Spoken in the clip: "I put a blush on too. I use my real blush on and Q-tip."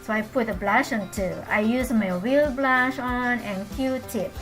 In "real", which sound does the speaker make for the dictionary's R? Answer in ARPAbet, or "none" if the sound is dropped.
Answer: W